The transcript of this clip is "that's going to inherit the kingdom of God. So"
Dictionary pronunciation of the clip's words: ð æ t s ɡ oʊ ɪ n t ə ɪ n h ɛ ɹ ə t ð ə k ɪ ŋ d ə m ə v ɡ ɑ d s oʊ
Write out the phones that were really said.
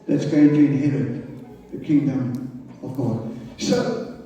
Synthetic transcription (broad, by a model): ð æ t s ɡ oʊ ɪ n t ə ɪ h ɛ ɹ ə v ð ə k ɪ ŋ d ə m ə v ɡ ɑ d s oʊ